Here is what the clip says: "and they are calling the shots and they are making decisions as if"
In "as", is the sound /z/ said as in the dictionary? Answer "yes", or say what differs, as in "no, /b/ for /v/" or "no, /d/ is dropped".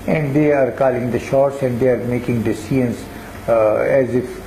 yes